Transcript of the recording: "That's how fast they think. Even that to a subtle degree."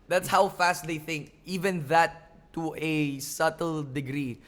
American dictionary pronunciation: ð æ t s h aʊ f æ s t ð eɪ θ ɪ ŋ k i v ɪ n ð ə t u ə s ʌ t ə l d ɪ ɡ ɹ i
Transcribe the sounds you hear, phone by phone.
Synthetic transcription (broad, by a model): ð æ t s h aʊ f æ s t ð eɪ θ ɪ ŋ k i v ɪ n ð ə t u ə s ʌ t ə l d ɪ ɡ ɹ i